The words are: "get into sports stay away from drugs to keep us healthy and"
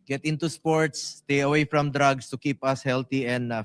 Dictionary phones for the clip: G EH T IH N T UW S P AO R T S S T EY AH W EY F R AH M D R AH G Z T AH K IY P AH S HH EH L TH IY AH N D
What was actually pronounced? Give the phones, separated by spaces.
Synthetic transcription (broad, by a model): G EH T IH N T UW S P AO R T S S T EY AH W EY F R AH M D R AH G S T AH K IY P AH S HH EH L T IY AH N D